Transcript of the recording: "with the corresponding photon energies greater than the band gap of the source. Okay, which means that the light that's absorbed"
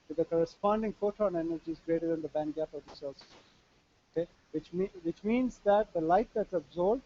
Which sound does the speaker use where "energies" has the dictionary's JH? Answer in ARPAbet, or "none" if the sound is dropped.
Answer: JH